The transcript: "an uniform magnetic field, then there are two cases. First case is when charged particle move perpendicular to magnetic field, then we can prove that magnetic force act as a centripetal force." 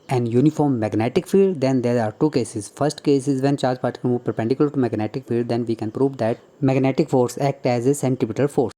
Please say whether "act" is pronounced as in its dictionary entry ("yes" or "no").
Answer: yes